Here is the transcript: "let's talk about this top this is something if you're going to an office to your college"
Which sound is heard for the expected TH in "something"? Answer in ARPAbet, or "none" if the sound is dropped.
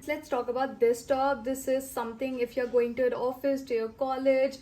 T